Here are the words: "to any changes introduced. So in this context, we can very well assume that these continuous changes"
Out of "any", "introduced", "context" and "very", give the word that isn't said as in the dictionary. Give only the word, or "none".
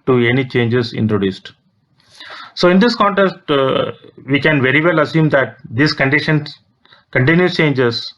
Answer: none